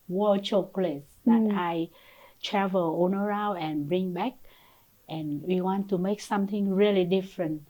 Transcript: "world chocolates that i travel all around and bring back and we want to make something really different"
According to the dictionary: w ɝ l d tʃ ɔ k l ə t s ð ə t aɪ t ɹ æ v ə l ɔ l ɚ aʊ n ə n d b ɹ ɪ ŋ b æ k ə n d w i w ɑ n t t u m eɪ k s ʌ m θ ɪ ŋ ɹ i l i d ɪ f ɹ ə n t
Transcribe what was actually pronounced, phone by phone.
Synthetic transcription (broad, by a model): w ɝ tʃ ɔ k l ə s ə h aɪ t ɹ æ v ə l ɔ n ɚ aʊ ə n b ɹ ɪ ŋ b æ k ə n w i w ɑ n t t u m eɪ k s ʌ m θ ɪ ŋ ɹ i l i d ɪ f ɹ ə n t